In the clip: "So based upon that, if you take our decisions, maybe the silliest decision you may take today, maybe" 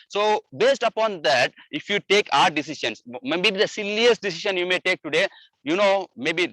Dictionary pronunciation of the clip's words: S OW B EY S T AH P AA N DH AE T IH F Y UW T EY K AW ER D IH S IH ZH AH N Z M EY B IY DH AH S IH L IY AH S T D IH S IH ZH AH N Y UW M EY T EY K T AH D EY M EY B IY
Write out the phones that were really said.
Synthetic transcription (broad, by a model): S OW B EY S T AH P AA N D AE T IH F Y UW T EY K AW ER D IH S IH SH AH N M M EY B IY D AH S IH L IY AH S T D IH S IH SH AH N Y UW M EY T EY K T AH D EY M EY B IY